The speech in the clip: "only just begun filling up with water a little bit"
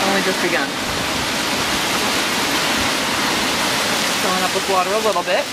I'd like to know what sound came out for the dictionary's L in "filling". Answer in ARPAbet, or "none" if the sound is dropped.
none